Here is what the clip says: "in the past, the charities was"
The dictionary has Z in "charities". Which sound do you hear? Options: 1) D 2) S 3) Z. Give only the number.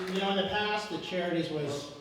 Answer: 3